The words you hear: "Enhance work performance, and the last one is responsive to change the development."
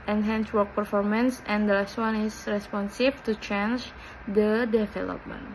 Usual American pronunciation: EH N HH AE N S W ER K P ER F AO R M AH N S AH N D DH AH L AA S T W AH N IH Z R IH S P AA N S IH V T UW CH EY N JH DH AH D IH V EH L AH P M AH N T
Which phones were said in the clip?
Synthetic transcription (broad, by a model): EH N HH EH N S W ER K P ER F AO R M AH N S AH N D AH L AA S T W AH N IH S R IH S P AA N S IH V T UW CH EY N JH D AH D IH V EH L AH P M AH N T